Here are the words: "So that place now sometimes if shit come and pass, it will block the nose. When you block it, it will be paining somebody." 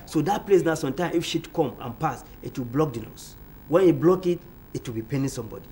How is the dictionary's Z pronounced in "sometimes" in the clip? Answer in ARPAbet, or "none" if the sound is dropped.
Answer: none